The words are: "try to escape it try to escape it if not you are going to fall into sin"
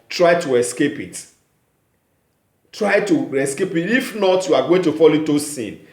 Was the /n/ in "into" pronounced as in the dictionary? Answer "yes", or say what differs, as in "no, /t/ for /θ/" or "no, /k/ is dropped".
no, /n/ is dropped